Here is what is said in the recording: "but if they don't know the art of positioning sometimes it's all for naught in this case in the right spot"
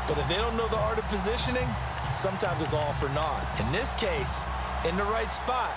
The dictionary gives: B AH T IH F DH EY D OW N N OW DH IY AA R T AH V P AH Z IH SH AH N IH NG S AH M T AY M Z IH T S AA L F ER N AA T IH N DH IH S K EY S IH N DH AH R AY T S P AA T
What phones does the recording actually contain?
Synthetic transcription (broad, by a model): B AH T IH F DH EY D OW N N OW DH IY AA R T AH V P AH Z IH SH AH N IH NG S AH M T AY M Z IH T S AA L F ER N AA T IH N DH IH S K EY S IH N DH AH R AY T S P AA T